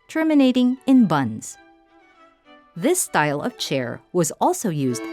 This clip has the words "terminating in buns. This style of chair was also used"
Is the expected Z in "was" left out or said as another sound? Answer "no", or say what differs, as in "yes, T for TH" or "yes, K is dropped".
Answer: no